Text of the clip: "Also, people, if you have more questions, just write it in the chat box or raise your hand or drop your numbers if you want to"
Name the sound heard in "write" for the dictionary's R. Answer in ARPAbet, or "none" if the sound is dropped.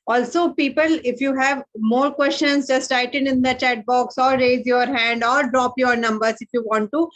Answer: L